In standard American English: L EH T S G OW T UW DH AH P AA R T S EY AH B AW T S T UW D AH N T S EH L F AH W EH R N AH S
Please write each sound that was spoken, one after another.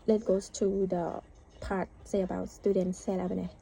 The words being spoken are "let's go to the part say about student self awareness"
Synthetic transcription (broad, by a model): L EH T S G OW T UW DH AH P AA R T S EY AH B AW T S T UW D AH N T S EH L AH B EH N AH